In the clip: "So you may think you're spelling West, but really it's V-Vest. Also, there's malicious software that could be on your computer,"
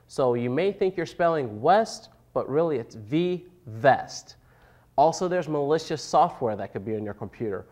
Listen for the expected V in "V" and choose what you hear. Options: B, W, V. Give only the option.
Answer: V